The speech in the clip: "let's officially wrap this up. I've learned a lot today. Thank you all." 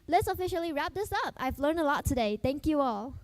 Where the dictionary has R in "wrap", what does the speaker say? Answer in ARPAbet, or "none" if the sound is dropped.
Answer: R